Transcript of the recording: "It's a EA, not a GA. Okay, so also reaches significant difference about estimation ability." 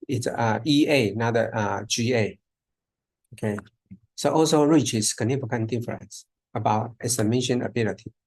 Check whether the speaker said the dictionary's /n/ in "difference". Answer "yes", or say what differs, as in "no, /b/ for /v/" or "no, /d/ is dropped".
no, /n/ is dropped